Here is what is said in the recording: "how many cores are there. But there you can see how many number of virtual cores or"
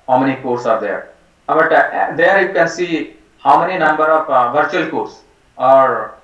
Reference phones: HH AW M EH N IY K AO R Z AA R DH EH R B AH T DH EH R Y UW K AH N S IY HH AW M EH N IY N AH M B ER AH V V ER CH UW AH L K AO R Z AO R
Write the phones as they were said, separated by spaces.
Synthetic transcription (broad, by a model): HH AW M EH N IY K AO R S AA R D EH R B AH T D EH R Y UW K AH N S IY HH AW M EH N IY N AH M B ER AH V V ER CH UW AH L K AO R S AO R